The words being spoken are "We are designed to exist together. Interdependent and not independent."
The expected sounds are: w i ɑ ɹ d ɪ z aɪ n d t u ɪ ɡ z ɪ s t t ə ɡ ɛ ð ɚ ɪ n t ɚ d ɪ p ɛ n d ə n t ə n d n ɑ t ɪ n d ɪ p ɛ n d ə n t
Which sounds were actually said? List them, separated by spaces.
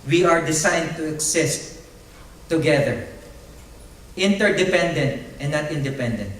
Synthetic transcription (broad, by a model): w i ɑ ɹ d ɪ s aɪ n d t u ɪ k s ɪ s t t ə ɡ ɛ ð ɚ ɪ n t ɚ d ɪ p ɛ n d ə n t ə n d n ɑ t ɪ n d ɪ p ɛ n d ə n t